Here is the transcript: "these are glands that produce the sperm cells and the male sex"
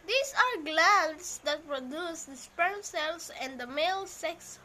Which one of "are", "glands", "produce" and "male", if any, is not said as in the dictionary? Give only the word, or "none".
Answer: glands